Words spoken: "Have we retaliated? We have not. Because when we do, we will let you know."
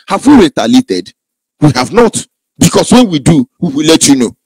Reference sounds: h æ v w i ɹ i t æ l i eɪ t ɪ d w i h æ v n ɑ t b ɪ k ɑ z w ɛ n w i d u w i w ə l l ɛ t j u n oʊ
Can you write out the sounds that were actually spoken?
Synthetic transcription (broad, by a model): h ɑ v w i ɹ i t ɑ l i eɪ t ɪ d w i h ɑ v n ɑ t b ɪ k ɑ s w ɛ n w i d u w i w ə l l ɛ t j u n oʊ